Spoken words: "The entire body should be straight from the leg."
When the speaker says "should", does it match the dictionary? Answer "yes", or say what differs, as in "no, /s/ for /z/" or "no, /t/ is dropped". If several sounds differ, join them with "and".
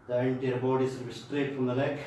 no, /s/ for /ʃ/